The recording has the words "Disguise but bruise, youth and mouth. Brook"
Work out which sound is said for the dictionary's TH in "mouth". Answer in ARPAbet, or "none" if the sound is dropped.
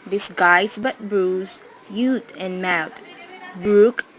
T